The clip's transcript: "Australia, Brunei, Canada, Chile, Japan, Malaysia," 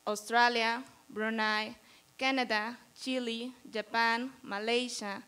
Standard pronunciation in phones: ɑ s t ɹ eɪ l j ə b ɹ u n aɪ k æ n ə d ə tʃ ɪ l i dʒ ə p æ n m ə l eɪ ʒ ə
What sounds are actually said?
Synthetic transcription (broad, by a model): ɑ s t ɹ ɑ l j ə b ɹ u n aɪ k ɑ n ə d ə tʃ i l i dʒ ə p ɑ n m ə l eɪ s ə